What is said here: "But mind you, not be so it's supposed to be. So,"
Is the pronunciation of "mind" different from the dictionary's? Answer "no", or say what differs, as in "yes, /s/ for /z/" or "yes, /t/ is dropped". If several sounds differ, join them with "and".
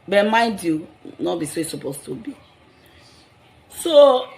yes, /n/ is dropped